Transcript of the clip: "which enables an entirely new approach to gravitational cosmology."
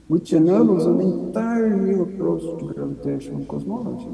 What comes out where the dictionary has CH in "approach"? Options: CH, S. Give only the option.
S